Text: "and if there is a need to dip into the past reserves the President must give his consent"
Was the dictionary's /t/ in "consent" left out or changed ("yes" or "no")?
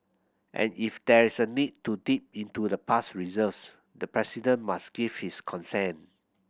yes